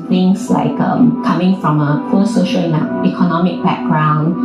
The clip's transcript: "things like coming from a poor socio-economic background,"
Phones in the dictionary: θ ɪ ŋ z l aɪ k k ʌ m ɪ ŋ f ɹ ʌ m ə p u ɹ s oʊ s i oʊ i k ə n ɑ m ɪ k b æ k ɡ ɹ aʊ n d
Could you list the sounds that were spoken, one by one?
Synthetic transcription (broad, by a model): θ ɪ ŋ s l aɪ k k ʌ m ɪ ŋ f ɹ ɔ m ə f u l s oʊ ʃ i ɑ i k ə n ɑ m ɪ k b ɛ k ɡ ɹ aʊ n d